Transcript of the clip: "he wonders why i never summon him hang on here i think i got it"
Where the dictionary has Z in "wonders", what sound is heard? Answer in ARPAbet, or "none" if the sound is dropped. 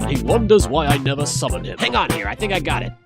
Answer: Z